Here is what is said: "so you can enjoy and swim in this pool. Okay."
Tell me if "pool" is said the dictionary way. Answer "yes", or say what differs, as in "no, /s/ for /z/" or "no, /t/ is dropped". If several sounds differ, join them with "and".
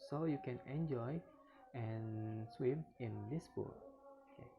no, /b/ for /p/